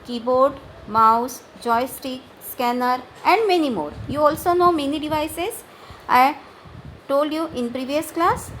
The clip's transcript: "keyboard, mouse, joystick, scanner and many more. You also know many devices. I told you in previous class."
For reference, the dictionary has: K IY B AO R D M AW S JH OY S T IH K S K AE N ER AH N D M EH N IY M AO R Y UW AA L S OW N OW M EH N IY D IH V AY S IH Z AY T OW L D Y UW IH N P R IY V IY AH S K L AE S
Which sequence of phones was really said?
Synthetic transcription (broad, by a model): K IY B AO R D M AW S JH OY S T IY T S K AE N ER AH N D M EH N IY M AO R Y UW AA L S OW N OW M EH N IY D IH V AY S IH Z AY T OW L D Y UW IH N P R IY V IY AH S K L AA S